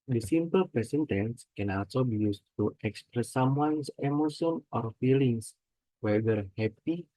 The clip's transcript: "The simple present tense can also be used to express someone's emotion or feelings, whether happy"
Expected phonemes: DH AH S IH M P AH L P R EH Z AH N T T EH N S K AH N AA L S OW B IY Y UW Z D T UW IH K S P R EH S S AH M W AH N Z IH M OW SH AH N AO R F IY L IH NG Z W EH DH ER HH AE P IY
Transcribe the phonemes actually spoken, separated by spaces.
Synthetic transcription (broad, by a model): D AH S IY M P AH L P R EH S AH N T T EH N S K AH N AA L S OW B IY Y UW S T UW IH K S P R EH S S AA M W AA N S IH M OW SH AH N AO R F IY L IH NG S W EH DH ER HH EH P IY